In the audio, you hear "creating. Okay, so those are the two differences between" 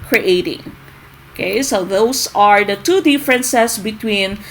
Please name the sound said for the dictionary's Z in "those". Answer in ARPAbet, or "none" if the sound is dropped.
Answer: S